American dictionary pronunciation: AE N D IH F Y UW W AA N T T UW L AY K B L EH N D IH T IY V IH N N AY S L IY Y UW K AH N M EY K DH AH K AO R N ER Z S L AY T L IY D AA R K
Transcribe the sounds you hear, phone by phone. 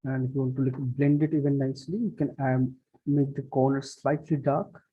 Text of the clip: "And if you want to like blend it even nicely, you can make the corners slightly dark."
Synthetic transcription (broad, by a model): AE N D IH F Y UW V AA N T T UW L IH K B L EH N D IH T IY V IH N N AY S L IY Y UW K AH N M EY K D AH K AO R N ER S L AY T L IY D AA R K